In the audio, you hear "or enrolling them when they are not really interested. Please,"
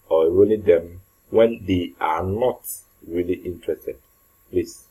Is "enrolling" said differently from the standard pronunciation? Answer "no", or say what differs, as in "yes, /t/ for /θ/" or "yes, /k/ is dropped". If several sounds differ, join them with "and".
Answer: yes, /n/ is dropped